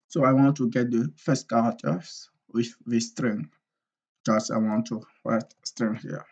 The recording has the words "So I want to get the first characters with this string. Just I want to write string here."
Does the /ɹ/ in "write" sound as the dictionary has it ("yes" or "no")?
no